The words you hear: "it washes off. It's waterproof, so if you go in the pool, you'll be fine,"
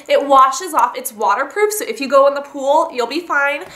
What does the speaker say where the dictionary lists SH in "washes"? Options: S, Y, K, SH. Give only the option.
SH